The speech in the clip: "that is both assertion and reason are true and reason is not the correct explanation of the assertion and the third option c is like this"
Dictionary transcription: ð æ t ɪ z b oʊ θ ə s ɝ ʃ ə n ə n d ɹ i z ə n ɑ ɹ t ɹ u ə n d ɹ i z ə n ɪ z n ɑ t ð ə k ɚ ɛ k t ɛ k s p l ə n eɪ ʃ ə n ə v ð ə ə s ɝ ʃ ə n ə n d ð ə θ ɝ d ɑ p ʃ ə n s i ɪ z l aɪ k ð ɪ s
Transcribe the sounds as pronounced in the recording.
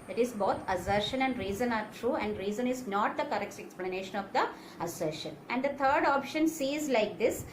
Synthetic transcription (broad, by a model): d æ t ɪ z b oʊ t ə s ɝ ʃ ə n ə n d ɹ i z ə n ɑ ɹ t ɹ u ə n d ɹ i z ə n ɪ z n ɑ t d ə k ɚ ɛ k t ɛ k s p l ə n eɪ ʃ ə n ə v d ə ə s ɝ ʃ ə n ə n d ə t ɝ d ɑ p ʃ ə n s i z l aɪ k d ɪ s